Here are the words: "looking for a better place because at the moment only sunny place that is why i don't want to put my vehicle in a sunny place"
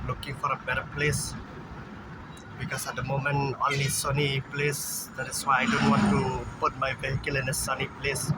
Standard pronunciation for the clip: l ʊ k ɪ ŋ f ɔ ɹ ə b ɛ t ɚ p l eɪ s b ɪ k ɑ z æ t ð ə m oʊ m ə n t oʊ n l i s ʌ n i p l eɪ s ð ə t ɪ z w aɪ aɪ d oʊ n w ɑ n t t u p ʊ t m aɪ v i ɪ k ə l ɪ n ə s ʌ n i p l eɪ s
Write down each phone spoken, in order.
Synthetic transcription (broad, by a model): l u k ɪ ŋ f ɔ ɹ ə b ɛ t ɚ p l eɪ s b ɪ k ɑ s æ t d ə m oʊ m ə n oʊ n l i s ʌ n i p l eɪ s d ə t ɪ s w aɪ aɪ d oʊ n w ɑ n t t u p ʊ t m aɪ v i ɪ k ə l ɪ n ə s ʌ n i p l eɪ s